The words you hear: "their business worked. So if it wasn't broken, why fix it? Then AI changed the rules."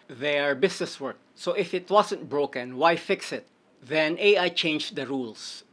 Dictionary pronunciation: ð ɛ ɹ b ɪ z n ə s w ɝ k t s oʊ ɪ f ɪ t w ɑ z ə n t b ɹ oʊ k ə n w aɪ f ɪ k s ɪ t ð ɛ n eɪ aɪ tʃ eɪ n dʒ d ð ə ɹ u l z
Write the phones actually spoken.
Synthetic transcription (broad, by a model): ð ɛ ɹ b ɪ s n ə s w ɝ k s oʊ ɪ f ɪ t w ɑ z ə n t b ɹ oʊ k ə n w aɪ f ɪ k s ɪ t ð ɛ n eɪ aɪ tʃ eɪ n dʒ d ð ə ɹ u l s